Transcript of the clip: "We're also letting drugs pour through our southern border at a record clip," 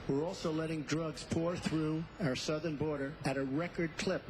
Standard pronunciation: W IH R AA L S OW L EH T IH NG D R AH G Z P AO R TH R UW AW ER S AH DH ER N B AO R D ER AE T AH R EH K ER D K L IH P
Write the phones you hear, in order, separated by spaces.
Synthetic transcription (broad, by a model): W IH R AA L S OW L EH T IH NG D R AH G Z P AO R TH R UW AW ER S AH DH ER N B AO R D ER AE T AH R EH K ER D K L IH P